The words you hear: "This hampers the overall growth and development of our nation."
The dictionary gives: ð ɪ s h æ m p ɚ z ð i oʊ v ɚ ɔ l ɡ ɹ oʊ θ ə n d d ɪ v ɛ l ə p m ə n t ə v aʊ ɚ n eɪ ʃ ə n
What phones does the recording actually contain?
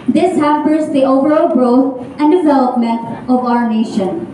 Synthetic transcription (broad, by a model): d ɪ s h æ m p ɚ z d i oʊ v ɚ ɔ l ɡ ɹ oʊ t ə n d d ɪ v ɛ l ə p m ə n t ə v aʊ ɚ n eɪ ʃ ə n